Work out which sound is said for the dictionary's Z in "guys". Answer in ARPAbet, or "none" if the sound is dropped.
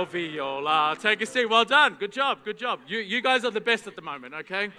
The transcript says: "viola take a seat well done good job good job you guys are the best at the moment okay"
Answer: Z